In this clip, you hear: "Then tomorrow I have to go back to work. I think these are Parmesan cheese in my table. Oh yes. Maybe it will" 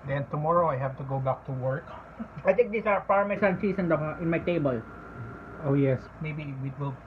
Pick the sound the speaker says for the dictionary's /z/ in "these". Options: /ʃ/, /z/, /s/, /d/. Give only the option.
/s/